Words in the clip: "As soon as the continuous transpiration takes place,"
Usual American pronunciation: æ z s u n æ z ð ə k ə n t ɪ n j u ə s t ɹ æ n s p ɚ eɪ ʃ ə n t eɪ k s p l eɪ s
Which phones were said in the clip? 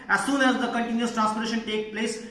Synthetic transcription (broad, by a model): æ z s u n æ z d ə k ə n t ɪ n j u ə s t ɹ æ n s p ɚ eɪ ʃ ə n t eɪ k p l eɪ s